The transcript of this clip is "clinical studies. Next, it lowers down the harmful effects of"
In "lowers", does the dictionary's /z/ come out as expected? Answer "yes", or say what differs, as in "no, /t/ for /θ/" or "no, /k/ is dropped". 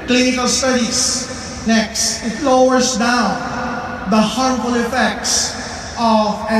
no, /s/ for /z/